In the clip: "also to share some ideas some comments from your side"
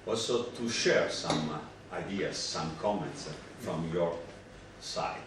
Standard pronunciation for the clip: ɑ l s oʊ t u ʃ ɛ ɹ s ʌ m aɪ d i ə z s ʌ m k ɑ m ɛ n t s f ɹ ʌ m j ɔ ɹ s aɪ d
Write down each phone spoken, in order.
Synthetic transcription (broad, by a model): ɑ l s oʊ t u ʃ ɛ ɹ s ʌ m aɪ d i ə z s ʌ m k ɑ m ɛ n t s f ɹ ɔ m j ɔ ɹ s aɪ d